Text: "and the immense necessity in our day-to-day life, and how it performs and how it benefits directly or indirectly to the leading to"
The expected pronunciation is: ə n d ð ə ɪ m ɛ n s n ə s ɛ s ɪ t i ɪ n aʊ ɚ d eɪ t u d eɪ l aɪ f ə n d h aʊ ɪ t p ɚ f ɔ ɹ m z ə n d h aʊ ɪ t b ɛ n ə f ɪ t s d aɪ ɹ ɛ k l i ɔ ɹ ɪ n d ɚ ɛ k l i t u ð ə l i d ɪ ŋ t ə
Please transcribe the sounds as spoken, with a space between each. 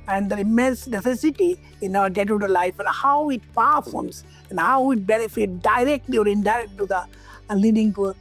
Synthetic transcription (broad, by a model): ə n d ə ɪ m ɛ n s n ə s ɛ s ɪ t i ɪ n aʊ ɚ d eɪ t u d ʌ l aɪ f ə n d h aʊ ɪ t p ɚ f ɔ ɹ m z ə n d h aʊ ɪ t b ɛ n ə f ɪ t d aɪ ɹ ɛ k l i ɔ ɹ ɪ n d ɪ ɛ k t t u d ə l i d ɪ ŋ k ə